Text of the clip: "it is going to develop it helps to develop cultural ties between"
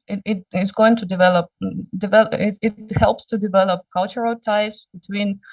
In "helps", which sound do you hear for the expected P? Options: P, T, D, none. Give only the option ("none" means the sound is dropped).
P